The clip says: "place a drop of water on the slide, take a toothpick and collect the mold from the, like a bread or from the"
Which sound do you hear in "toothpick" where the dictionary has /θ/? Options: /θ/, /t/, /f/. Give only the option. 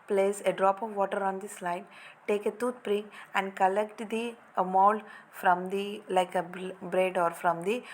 /t/